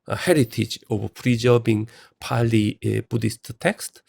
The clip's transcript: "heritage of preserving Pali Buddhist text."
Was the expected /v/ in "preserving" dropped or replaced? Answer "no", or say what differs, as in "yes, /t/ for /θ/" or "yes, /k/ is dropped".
yes, /b/ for /v/